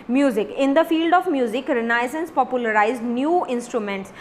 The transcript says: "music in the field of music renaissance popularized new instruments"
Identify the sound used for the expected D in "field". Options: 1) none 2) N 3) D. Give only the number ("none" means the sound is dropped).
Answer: 3